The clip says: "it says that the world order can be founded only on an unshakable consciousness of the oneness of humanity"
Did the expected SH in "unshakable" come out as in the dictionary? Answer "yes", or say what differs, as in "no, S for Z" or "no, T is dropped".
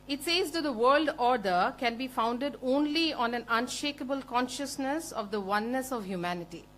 yes